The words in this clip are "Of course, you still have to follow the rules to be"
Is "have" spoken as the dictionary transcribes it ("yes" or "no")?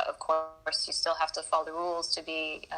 no